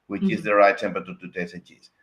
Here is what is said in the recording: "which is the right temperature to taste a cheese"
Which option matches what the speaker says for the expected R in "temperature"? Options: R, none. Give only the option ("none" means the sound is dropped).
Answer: none